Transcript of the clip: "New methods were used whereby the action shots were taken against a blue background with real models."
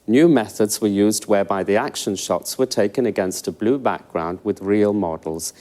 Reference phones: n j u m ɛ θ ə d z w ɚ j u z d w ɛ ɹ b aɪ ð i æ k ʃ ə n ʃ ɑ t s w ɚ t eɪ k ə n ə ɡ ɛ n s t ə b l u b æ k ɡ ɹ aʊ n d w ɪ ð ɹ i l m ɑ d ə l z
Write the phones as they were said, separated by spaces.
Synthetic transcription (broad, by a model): n j u m ɛ θ ə d z w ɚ j u z d w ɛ b aɪ ð i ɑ k ʃ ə n ʃ ɑ t s w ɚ t eɪ k ə n ə ɡ ɛ n s t ə b l u b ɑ k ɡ ɹ aʊ n d w ɪ ð ɹ i l m ɑ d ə l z